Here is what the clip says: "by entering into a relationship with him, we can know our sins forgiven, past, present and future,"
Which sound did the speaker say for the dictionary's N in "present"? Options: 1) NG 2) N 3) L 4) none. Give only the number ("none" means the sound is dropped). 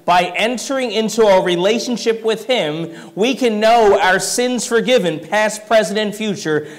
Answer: 4